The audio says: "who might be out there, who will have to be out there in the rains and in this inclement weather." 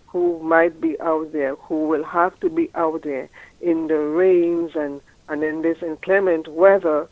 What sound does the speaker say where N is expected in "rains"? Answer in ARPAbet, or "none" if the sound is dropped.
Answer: N